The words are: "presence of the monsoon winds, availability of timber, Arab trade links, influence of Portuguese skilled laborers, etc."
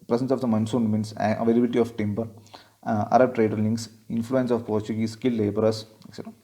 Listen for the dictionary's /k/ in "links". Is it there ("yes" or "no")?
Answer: no